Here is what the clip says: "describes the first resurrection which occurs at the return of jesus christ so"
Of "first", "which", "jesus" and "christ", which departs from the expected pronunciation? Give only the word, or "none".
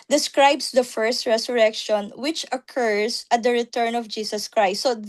jesus